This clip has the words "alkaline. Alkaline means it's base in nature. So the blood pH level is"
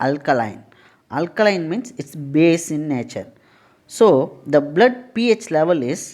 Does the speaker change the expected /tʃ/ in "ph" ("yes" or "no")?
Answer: no